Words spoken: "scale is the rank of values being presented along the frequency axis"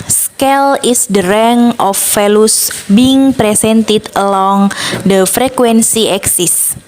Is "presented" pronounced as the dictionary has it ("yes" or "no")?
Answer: no